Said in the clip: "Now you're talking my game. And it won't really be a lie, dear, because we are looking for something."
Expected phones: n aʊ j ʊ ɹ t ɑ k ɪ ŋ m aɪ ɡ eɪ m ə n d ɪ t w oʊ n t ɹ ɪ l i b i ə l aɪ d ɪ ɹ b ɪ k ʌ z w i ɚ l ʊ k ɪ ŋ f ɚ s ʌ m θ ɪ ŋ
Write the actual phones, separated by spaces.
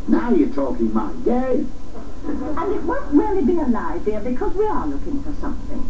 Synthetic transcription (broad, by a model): n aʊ j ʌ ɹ t ɑ k ɪ ŋ m aɪ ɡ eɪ ə n ɪ t w oʊ n t ɹ ɪ l i b i ə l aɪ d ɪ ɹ b ɪ k ʌ z w i ɚ l ʊ k ɪ ŋ f ɚ s ʌ m θ ɪ ŋ